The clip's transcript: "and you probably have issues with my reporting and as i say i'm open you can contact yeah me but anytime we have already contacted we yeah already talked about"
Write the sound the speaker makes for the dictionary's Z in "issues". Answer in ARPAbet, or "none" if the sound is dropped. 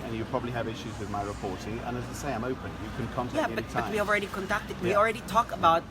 Z